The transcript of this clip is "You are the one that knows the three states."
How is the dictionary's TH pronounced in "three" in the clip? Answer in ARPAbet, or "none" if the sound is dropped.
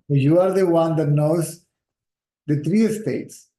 T